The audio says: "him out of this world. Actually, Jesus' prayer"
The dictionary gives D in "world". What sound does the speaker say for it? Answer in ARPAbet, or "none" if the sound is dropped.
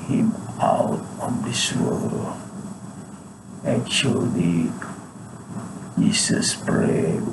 none